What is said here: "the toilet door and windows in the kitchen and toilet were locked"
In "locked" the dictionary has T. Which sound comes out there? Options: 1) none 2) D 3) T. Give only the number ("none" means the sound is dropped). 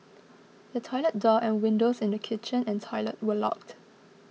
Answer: 3